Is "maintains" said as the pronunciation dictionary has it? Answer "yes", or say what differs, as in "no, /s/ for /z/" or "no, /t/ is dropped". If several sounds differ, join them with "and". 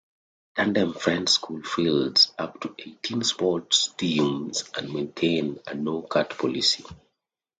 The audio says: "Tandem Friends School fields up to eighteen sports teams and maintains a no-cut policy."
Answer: no, /z/ is dropped